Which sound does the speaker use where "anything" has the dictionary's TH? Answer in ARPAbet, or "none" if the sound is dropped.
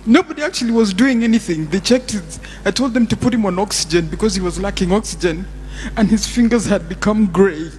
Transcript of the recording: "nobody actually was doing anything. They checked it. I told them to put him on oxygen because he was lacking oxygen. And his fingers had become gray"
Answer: TH